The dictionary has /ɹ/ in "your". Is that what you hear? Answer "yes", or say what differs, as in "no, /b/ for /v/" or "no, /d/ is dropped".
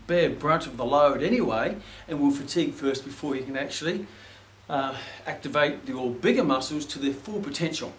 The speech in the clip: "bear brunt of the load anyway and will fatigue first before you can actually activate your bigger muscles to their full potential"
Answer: no, /l/ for /ɹ/